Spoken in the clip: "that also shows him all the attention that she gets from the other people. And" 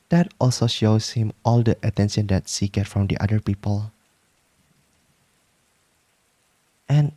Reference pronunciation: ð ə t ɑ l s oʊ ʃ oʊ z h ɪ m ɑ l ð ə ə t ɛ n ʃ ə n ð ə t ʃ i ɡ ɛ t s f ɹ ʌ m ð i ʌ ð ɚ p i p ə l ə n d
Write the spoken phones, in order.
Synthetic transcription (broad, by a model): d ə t ɑ l s oʊ ʃ oʊ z h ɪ m ɑ l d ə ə t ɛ n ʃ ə n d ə t s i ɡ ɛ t f ɹ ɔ m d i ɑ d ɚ p i p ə l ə n